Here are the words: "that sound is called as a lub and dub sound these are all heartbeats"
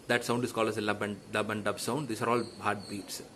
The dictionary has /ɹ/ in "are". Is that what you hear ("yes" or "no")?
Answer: yes